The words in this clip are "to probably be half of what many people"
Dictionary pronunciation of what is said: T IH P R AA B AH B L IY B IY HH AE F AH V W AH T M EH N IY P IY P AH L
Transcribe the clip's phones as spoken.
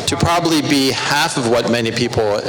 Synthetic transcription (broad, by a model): T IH P R AA B AH B L IY B IY HH AE F AH V W AH T M EH N IY P IY P L